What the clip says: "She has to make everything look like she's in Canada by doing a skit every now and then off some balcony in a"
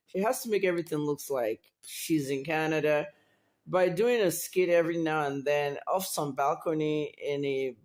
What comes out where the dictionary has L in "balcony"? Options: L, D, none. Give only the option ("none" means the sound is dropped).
L